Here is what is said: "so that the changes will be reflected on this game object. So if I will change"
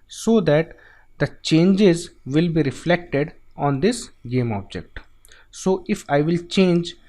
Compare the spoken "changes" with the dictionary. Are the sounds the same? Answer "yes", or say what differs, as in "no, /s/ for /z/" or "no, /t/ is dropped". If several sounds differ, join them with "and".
yes